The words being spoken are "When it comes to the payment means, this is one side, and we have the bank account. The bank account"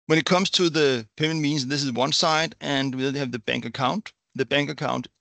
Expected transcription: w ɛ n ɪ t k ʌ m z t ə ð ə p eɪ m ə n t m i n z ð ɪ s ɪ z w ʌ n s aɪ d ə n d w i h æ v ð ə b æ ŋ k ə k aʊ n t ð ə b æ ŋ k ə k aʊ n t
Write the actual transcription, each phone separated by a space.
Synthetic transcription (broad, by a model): w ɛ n ɪ t k ʌ m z t ə ð ə p eɪ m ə n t m i n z ð ɪ s ɪ z w ʌ n s aɪ d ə n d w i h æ v ð ə b æ ŋ k ə k aʊ n t ð ə b æ ŋ k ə k aʊ n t